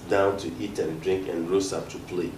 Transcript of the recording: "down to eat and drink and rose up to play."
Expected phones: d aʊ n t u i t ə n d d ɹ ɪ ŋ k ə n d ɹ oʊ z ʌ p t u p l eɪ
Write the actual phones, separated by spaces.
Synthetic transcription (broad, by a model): d aʊ n t u i t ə n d d ɹ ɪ ŋ k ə n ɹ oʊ s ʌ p t u p l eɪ